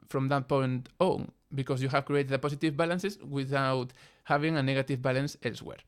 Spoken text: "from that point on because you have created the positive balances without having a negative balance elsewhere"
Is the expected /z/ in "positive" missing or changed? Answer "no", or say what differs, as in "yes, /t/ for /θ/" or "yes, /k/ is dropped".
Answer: yes, /s/ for /z/